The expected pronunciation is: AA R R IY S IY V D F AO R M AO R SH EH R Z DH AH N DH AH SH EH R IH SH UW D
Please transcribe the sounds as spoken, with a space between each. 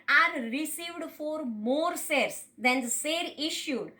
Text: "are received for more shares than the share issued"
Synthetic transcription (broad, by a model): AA R R IY S IY V D F AO R M AO R S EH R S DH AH N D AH S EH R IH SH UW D